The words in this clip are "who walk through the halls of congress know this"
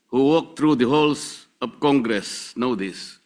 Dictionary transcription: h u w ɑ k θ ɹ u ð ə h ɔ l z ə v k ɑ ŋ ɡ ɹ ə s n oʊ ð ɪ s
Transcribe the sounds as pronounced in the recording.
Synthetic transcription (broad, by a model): h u w ɑ k t ɹ u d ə h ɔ l s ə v k ɑ ŋ ɡ ɹ ə s n oʊ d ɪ s